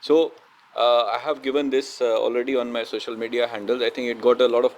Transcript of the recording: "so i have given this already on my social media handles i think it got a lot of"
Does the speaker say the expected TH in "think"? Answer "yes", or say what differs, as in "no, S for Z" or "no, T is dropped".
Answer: no, T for TH